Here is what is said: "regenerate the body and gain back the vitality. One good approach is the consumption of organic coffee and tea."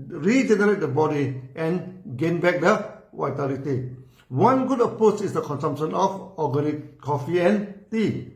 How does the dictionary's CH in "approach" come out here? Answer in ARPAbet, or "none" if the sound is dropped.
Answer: S